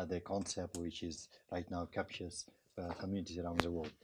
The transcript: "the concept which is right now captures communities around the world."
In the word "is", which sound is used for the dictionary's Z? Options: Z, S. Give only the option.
Z